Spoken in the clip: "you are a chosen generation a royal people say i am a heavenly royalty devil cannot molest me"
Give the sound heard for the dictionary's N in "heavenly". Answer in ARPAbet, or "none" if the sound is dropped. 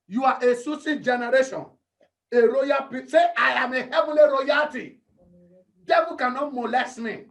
none